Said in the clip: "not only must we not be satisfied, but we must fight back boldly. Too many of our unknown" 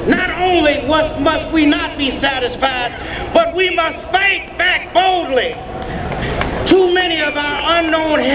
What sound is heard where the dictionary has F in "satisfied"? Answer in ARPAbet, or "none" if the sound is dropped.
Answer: F